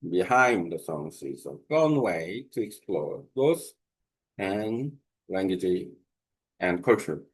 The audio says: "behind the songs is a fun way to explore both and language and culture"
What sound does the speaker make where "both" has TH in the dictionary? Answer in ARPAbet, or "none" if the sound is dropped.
S